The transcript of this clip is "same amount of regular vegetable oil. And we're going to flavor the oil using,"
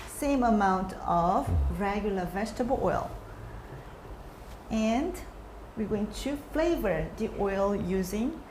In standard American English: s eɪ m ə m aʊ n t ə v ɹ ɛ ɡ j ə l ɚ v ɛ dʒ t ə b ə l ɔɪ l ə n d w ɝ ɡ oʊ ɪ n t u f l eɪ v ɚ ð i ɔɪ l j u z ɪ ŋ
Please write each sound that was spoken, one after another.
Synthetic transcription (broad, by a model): s eɪ m ə m aʊ n t ə v ɹ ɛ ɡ j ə l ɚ v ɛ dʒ t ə b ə l ɔɪ l ə n d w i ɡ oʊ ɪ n t u f l eɪ v ɚ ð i ɔɪ l j u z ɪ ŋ